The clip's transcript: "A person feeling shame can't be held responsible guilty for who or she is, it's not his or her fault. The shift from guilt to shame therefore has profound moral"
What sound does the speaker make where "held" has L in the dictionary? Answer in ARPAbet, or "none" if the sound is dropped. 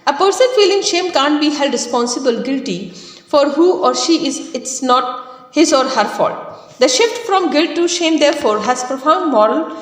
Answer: none